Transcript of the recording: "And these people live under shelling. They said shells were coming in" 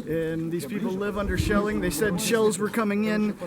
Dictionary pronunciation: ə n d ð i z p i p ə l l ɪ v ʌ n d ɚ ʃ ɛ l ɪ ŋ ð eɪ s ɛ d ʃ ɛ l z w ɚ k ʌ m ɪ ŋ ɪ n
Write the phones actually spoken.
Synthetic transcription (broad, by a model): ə n ð i z p i p l l ɪ v ʌ n d ɚ ʃ ɛ l ɪ ŋ ð eɪ s ɛ d ʃ ɛ l z w ɚ k ʌ m ɪ ŋ ɪ n